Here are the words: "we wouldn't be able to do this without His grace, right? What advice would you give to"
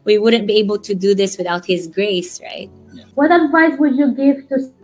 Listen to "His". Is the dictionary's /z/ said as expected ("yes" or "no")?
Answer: yes